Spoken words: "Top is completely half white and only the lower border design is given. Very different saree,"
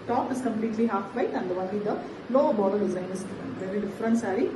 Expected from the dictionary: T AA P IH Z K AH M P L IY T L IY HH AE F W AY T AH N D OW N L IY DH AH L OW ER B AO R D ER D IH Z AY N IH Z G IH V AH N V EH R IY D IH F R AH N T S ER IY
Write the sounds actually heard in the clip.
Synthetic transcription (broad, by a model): T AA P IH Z K AH M P L IY T L IY HH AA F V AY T AH N D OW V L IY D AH L OW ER B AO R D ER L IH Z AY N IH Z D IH F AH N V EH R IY D IH F R AH N T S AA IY